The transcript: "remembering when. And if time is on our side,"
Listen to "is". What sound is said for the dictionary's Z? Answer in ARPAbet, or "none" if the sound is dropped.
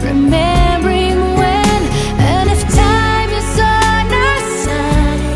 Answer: S